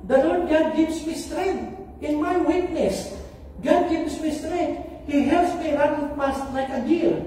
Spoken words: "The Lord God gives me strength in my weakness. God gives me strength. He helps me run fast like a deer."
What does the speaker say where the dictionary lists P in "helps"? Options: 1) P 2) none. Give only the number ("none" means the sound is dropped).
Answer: 2